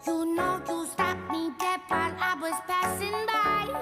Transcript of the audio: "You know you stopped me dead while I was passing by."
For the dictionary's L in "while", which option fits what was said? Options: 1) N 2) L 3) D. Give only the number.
1